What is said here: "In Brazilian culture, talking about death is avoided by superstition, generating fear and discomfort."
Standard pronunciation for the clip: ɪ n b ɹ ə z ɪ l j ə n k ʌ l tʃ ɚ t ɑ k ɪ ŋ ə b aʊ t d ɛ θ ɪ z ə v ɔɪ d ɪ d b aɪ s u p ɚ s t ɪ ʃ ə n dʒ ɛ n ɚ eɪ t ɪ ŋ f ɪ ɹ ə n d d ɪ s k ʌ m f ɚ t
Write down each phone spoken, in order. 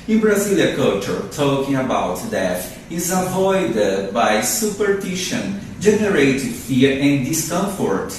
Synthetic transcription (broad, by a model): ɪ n b ɹ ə z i l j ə k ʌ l tʃ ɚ t ɑ k ɪ ŋ ə b aʊ t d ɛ t ɪ z ə v ɔɪ d ɪ d b aɪ s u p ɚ t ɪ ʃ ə n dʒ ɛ n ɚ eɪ t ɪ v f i ɹ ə n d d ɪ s k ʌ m f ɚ t